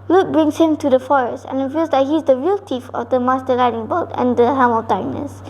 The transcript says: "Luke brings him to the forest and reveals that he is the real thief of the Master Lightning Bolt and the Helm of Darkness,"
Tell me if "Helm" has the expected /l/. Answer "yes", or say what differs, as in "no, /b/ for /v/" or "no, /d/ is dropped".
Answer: no, /l/ is dropped